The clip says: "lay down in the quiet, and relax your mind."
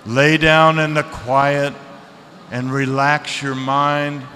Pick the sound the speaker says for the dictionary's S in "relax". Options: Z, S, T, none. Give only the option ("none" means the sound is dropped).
S